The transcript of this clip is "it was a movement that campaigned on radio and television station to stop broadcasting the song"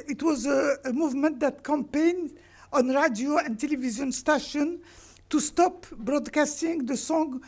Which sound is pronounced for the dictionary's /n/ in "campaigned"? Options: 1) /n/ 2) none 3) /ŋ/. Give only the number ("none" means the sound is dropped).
1